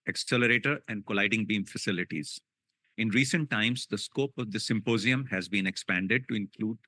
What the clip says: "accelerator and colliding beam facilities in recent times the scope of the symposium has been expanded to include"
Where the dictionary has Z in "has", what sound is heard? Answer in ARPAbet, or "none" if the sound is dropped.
Z